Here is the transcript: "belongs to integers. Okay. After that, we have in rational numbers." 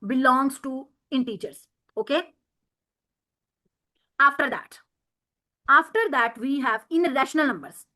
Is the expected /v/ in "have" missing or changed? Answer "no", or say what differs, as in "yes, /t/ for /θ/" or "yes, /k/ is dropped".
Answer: no